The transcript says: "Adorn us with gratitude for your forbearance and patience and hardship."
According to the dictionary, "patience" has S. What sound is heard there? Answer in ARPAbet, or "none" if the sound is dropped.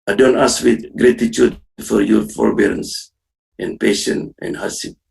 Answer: none